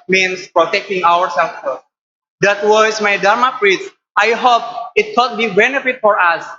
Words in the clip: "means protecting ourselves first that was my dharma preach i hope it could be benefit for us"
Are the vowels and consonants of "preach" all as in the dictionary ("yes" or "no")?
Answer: no